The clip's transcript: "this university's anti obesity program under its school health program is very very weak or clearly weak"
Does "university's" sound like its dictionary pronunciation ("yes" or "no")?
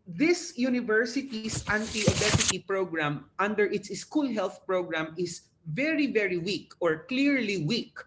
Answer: no